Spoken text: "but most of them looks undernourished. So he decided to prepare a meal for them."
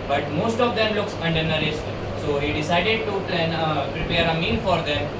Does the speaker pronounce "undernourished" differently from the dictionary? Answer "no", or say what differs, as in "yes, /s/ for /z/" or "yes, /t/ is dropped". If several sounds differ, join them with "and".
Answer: yes, /s/ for /ʃ/